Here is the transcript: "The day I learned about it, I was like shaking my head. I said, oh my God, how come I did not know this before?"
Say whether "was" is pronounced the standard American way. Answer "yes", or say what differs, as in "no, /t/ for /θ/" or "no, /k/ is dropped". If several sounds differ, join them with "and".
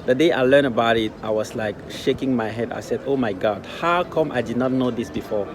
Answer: no, /s/ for /z/